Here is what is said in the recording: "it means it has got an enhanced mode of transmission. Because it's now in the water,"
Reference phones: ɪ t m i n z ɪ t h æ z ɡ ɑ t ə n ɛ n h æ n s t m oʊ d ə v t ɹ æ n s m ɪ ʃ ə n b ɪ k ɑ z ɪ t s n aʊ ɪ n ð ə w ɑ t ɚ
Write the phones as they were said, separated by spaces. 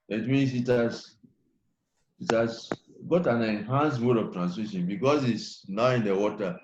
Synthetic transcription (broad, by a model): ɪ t m i n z ɪ t h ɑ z ɡ ɑ t ə n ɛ n h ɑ n s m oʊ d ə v t ɹ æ n s m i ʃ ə n b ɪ k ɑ s ɪ t s n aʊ ɪ n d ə w ɑ t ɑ